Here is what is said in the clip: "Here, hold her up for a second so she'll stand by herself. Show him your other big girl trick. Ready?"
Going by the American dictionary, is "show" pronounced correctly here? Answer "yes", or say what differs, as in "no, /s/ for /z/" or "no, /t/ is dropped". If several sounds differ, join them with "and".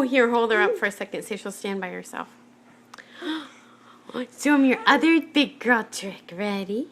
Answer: no, /s/ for /ʃ/